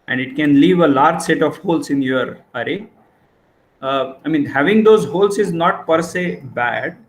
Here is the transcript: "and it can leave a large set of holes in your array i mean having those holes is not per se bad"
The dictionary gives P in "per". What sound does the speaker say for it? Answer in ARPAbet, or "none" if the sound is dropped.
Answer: P